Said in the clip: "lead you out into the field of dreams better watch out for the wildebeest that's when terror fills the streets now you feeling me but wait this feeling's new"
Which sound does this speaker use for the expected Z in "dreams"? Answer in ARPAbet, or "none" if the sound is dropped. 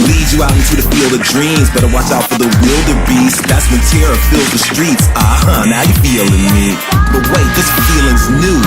Z